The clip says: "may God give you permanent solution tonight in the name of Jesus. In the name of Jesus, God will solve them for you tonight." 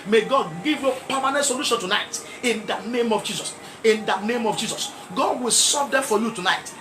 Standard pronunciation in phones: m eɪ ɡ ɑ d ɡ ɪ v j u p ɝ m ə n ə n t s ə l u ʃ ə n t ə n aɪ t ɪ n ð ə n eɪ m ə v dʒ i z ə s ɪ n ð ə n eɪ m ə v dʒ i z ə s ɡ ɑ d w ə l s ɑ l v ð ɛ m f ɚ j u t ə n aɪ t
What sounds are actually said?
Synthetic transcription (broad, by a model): m eɪ ɡ ɑ d ɡ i v j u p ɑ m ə n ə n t s ə l u ʃ ə n t ə n aɪ t ɪ n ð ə n eɪ m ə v dʒ i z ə s ɪ n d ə n eɪ m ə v dʒ i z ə s ɡ ɑ d w ə l s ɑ v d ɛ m f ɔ j u t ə n aɪ t